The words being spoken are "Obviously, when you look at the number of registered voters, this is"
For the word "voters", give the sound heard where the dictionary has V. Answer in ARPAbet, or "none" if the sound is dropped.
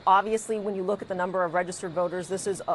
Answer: V